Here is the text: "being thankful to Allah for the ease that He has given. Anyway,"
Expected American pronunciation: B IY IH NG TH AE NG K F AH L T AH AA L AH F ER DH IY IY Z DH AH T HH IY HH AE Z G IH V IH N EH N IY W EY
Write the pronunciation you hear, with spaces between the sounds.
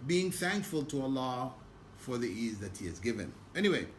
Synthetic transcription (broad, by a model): B IY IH NG TH AE NG K F AH L T AH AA L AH F ER DH IY IY Z DH AH T HH IY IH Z G IH V IH N EH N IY W EY